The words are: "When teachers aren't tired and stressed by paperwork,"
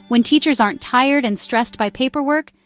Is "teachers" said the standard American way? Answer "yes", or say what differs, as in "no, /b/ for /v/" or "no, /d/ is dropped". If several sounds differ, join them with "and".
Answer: yes